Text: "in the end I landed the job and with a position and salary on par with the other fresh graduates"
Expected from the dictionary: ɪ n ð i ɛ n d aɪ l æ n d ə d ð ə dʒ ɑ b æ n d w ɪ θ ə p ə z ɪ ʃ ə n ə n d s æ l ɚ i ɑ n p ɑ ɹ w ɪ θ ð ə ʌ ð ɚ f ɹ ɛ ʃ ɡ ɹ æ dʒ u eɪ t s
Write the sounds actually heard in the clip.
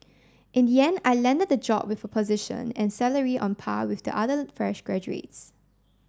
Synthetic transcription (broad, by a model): ɪ n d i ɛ n aɪ l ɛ n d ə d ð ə dʒ ɑ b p w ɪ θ ə p ə z ɪ ʃ ə n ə n s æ l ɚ i ɑ n p ɑ w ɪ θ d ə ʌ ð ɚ f ɹ ɛ ʃ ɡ ɹ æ dʒ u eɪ t s